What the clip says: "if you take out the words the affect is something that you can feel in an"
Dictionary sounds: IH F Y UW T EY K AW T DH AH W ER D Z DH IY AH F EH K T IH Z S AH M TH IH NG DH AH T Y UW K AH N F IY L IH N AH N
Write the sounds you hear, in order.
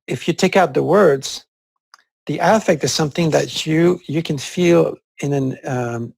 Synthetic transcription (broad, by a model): IH F Y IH T EY K AW T DH AH W ER D Z DH IY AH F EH K T IH Z S AH M TH IH NG DH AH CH Y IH K AH N F IY L IH N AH N